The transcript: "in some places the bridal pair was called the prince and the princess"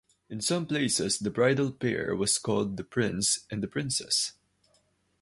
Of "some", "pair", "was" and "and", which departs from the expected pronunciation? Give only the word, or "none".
was